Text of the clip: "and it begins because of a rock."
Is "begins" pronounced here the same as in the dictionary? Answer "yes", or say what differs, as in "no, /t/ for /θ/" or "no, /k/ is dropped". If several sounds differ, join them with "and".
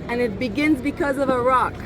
yes